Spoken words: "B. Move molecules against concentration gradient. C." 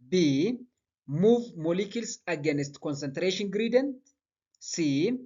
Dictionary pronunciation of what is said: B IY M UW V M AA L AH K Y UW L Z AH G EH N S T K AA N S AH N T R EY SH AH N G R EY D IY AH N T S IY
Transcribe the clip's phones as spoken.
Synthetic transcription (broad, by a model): B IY M UW V M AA L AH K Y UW L S AH G EH N S T K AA N S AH N T R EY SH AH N G R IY D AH N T S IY